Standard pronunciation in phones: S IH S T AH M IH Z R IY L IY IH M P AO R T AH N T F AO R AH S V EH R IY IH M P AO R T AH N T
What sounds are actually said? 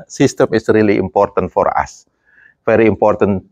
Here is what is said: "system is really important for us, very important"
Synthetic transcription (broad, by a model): S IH S T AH M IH S R IY L IY IH M P AO R T AH N T F AO R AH S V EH R IY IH M P AO R T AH N